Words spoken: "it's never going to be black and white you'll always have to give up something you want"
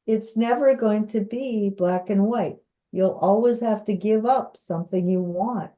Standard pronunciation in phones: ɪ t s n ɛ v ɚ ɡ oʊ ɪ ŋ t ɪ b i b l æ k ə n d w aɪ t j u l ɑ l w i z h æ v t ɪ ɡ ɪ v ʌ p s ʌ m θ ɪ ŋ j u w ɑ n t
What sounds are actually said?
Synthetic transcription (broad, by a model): ɪ t s n ɛ v ɚ ɡ oʊ ɪ ŋ t ɪ b i b l æ k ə n w aɪ t j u l ɑ l w i z h æ f t ɪ ɡ ɪ v ʌ p s ʌ m θ ɪ ŋ j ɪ w ɑ n t